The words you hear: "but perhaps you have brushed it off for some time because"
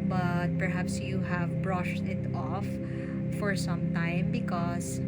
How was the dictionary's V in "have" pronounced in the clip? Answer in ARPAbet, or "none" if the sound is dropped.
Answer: V